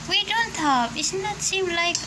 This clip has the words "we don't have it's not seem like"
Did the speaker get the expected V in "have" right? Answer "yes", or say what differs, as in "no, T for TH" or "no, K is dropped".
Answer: no, P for V